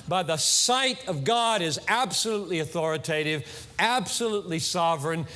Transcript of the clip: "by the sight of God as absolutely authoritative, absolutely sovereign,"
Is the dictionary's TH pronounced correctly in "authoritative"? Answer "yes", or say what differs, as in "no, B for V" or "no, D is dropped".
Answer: yes